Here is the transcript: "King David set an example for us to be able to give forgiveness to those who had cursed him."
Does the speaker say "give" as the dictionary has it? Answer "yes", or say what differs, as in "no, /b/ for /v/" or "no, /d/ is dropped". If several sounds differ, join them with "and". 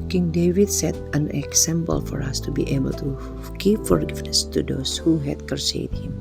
no, /p/ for /v/